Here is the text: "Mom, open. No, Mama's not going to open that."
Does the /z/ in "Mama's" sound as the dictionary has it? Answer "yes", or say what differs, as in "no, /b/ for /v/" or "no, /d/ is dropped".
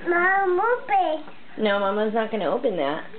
yes